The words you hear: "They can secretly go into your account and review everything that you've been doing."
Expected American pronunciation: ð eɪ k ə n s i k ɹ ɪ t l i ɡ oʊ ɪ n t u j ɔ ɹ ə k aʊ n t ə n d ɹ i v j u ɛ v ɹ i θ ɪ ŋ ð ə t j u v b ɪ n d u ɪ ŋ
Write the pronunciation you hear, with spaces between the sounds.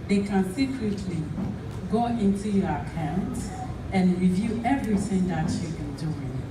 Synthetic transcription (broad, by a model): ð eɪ k ə n s i k ɹ ɪ t l i ɡ oʊ ɪ n t u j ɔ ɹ ə k aʊ n t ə n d ɹ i v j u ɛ v ɹ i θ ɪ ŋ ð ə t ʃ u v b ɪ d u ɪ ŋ